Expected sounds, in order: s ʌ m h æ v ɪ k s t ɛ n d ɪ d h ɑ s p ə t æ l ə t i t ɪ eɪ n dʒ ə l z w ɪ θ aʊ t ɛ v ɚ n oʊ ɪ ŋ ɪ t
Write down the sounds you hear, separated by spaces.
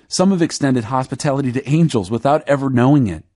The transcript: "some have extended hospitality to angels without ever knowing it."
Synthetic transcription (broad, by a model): s ʌ m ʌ v ɪ k s t ɛ n d ɪ d h ɑ s p ə t æ l ə t i t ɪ eɪ n dʒ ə l z w ɪ θ aʊ t ɛ v ɚ n oʊ ɪ ŋ ɪ t